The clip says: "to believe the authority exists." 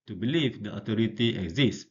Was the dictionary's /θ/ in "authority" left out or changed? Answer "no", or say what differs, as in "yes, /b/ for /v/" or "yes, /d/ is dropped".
yes, /t/ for /θ/